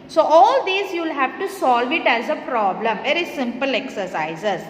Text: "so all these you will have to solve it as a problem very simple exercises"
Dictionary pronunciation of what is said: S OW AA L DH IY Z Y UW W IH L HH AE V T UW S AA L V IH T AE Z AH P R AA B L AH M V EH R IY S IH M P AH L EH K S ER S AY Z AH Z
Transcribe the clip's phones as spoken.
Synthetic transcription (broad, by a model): S OW AA L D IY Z Y UW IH L HH AE V T UW S AA L V IH T AE Z AH P R AA B L AH M V EH R IY S IH M P AH L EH K S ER S AY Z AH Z